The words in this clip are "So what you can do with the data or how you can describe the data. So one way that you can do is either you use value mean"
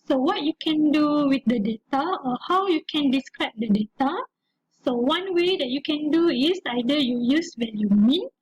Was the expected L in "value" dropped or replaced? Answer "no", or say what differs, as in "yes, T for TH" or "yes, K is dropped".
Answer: yes, N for L